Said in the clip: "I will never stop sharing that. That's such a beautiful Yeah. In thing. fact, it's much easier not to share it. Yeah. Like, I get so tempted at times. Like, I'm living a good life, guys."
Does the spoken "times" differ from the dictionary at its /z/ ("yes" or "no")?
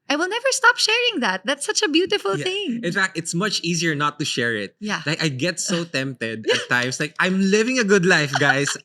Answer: yes